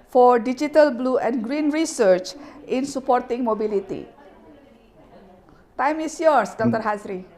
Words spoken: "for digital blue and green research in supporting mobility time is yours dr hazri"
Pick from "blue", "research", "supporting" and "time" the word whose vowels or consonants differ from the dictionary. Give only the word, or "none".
none